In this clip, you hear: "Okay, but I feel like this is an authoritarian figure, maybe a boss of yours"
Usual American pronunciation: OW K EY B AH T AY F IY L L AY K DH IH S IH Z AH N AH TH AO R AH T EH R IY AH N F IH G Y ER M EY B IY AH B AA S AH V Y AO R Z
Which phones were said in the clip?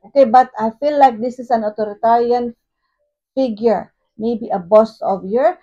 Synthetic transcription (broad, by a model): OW K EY B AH T AY F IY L L AY K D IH S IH S AH N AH T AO R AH T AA R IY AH N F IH G Y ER M EY B IY AH B AA S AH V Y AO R